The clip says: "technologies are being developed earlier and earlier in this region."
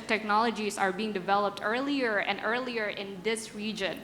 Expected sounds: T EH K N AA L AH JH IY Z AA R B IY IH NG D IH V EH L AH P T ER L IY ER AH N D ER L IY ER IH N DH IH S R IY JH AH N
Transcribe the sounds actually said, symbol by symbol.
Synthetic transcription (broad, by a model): T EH K N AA L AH JH IY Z AA R B IY IH NG D IH V EH L AH P T ER L IY ER AH N D ER L IY ER IH N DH IH S R IY JH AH N